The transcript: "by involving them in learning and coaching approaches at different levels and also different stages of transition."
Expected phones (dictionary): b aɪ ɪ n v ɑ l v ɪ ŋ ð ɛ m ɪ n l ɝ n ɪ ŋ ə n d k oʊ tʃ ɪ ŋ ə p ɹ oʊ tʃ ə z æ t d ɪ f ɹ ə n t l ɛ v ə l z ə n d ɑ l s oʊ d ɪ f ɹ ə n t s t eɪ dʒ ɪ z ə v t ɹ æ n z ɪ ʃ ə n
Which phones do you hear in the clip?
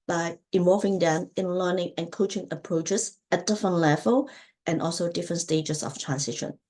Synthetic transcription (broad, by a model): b aɪ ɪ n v ɑ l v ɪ ŋ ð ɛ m ɪ n l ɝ n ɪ ŋ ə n k oʊ tʃ ɪ ŋ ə p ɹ oʊ tʃ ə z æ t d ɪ f ɹ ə n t l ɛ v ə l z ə n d ɑ l s oʊ d ɪ f ɹ ə n t s t eɪ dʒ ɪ s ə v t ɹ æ n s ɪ ʃ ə n